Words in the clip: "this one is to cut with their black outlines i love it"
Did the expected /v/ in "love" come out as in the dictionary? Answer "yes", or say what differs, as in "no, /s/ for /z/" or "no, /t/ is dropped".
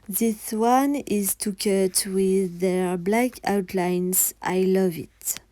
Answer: yes